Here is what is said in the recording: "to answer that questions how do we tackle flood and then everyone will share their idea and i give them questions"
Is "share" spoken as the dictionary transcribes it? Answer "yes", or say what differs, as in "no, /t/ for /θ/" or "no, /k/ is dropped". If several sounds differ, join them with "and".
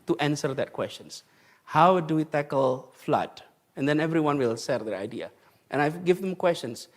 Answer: no, /s/ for /ʃ/